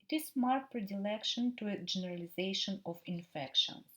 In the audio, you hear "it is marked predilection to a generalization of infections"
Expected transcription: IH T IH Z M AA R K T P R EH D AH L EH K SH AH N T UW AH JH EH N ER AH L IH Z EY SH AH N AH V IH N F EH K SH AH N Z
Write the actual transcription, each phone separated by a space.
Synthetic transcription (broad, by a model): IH T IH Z M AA R T P R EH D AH L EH K SH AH N T UW AH JH EH N ER AH L IH Z EY SH AH N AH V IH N F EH K SH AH N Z